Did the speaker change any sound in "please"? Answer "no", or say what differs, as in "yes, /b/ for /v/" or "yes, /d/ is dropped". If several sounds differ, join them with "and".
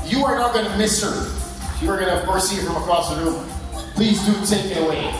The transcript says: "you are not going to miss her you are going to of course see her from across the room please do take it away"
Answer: no